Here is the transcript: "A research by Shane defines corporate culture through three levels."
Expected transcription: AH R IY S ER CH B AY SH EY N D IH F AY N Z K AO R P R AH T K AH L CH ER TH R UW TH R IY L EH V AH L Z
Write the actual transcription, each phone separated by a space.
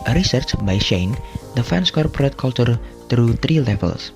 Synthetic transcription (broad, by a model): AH R IY S ER CH B AY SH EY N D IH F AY N S K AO R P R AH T K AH L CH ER T R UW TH R IY L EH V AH L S